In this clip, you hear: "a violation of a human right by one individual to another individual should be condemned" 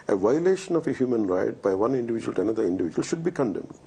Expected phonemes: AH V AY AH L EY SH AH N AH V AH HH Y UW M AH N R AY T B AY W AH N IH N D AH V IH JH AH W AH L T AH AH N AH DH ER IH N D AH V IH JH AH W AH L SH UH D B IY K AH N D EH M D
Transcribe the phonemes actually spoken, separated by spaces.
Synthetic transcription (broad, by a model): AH V AY AH L EY SH AH N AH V AH HH Y UW M AH N R AY T B AY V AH N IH N D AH V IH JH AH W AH L T AH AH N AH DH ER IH N D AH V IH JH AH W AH L SH UH D B IY K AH N D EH M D